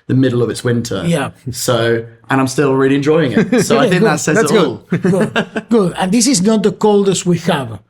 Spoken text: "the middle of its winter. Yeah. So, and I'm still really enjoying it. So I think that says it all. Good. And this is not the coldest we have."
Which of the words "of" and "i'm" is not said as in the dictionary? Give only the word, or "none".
none